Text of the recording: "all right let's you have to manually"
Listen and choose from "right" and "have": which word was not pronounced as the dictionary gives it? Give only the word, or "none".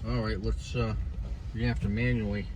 have